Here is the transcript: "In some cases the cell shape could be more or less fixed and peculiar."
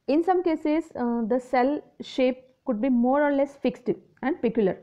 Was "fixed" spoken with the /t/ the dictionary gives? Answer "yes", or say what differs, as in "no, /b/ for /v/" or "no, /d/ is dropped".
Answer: yes